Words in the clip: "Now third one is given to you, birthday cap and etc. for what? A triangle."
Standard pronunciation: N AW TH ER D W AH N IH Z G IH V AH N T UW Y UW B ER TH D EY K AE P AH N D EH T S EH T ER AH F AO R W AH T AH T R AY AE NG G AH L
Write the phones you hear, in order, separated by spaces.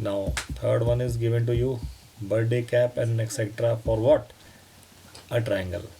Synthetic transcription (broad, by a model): N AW T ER D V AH N IH Z G IH V AH N T UW Y UW B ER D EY K AE P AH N D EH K S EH T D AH F AO R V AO T AH T R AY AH NG G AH L